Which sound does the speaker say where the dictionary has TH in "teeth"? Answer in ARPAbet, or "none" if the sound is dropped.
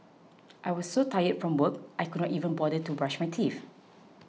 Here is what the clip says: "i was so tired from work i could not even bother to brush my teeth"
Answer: F